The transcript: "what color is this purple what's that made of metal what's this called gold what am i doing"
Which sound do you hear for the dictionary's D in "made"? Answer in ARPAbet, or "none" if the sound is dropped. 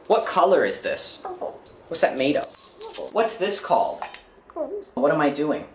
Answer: none